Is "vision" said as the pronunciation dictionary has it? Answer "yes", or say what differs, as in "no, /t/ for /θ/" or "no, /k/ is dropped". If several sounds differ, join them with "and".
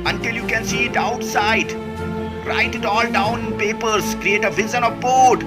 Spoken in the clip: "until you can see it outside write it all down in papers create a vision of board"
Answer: no, /z/ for /ʒ/